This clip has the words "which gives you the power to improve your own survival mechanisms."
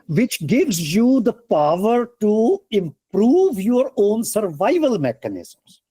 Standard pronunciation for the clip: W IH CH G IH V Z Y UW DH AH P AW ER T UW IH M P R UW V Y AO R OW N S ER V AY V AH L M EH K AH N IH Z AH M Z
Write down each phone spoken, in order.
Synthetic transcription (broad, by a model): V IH CH G IH V Z Y UW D AH P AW ER T UW IH M P R UW V Y AO R OW N S ER V AY V AH L M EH K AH N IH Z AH M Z